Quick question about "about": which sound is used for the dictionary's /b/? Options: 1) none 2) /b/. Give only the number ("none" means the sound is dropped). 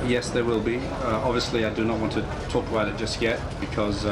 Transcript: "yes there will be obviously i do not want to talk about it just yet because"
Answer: 1